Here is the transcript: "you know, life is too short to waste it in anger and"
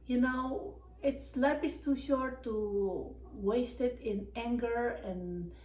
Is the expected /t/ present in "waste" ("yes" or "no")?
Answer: yes